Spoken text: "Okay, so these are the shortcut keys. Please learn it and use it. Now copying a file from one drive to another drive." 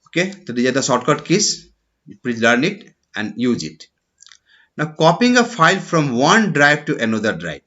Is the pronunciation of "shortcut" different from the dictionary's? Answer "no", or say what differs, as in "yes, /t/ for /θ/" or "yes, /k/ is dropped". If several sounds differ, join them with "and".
yes, /s/ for /ʃ/